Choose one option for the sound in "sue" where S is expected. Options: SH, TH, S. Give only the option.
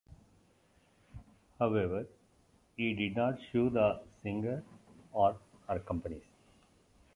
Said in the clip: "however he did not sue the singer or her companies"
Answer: SH